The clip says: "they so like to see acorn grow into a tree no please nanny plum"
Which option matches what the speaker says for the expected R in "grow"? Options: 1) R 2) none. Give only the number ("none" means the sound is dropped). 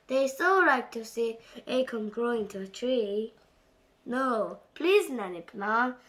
1